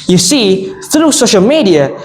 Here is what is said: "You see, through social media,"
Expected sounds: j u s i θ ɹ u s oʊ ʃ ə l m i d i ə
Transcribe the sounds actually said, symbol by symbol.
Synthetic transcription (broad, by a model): j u s i θ ɹ u s oʊ ʃ ə l m i d i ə